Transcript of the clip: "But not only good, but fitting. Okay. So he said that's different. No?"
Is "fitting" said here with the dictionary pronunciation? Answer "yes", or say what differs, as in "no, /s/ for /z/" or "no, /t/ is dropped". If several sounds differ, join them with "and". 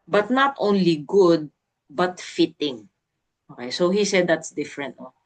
yes